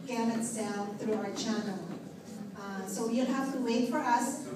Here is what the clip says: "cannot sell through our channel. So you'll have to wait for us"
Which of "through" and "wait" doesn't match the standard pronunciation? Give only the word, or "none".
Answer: none